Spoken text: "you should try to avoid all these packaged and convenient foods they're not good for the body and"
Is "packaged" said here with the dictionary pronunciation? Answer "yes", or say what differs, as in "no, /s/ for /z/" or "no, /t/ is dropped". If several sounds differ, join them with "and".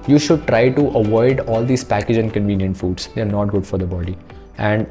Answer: no, /d/ is dropped